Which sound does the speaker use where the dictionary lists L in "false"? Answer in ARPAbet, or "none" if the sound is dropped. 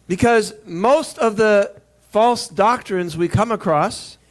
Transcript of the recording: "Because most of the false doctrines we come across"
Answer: L